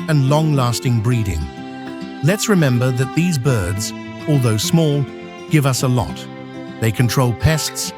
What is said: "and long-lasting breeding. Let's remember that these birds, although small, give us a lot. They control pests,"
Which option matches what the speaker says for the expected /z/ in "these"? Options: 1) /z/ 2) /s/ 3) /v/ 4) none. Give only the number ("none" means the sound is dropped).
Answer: 1